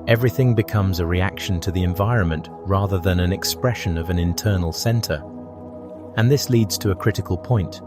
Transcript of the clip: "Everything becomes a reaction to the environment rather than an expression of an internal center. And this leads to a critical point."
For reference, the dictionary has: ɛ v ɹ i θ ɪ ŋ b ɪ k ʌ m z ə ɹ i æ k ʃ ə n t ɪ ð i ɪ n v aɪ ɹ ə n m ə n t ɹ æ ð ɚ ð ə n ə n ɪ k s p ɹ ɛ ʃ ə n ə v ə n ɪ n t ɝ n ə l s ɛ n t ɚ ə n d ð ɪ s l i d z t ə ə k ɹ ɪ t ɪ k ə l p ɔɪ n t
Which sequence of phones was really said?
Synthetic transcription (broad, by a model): ɛ v ɹ i θ ɪ ŋ b ɪ k ʌ m z ə ɹ i æ k ʃ ə n t ɪ ð i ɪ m v aɪ ɹ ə n m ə n t ɹ æ ð ɚ ð ə n ə n ɪ k s p ɹ ɛ ʃ ə n ə v ə n ɪ n t ɝ n l s ɛ n t ɚ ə n ð ɪ s l i d z t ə ə k ɹ ɪ t ɪ k ə l p ɔɪ n t